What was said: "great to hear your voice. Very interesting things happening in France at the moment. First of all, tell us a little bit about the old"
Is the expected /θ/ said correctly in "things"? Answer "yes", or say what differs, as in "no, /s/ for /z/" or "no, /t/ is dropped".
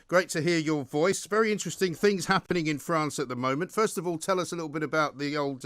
yes